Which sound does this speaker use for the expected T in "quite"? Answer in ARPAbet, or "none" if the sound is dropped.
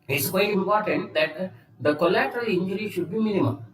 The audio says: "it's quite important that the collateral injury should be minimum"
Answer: none